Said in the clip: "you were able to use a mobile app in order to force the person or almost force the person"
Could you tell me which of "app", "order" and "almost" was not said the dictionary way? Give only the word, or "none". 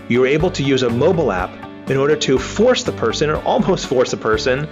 none